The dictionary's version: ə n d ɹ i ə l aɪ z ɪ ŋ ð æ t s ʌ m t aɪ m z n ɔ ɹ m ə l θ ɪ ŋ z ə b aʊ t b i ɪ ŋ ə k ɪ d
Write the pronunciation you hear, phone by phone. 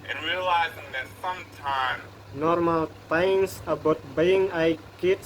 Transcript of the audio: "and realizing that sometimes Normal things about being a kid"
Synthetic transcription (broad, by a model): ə n ɹ i ə l aɪ z ɪ ŋ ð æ t s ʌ m t aɪ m n ɔ ɹ m ə l t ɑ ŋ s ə b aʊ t b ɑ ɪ ŋ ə k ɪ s